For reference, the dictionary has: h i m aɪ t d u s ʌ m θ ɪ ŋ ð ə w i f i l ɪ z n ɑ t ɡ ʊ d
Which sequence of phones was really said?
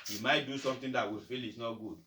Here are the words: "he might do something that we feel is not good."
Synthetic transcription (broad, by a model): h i m aɪ t d u s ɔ m t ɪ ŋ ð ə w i f i l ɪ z n ɑ t ɡ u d